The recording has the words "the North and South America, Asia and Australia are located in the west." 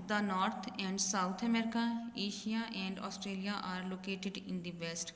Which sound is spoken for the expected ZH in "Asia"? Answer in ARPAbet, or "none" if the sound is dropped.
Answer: SH